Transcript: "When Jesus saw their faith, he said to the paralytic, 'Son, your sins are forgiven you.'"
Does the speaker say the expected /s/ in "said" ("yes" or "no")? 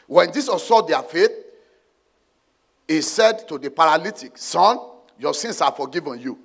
yes